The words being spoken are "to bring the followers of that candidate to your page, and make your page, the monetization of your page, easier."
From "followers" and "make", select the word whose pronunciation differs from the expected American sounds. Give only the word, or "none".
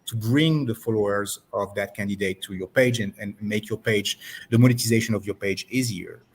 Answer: none